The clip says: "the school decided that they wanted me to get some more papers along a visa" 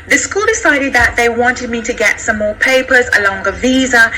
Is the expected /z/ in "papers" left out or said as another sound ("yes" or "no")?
no